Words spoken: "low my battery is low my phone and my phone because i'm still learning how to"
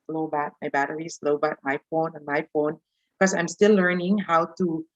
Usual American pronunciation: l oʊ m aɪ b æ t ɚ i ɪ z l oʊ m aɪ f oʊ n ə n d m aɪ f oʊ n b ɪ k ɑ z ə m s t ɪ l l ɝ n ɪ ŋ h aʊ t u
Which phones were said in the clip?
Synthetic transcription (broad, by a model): l oʊ m aɪ b æ t ɚ i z l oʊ m aɪ f oʊ n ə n m aɪ f oʊ n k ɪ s ɑ ə m s t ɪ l l ɝ n ɪ ŋ h aʊ t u